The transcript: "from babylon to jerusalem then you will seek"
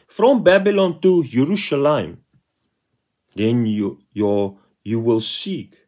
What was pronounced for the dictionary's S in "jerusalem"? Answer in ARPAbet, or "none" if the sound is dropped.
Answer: SH